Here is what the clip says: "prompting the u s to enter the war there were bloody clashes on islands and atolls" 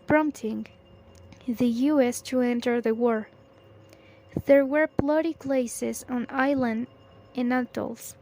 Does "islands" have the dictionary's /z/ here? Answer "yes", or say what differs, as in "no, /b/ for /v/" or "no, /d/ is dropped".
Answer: no, /z/ is dropped